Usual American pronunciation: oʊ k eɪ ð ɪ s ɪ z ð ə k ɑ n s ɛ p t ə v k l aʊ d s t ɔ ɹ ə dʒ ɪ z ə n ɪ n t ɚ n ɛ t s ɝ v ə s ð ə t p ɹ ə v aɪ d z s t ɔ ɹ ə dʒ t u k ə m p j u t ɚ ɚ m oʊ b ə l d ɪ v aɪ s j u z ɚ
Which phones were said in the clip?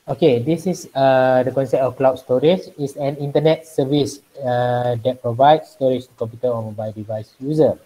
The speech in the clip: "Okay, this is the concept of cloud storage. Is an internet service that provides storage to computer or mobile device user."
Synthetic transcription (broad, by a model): oʊ k eɪ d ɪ s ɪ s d ə k ɑ n s ɛ p t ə f k l aʊ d s t ɔ ɹ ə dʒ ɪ s ə n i n t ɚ n ɛ t s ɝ v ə s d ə t p ɹ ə v aɪ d s t ɔ ɹ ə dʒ t u k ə m p j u t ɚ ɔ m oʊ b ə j d ɪ v aɪ s j u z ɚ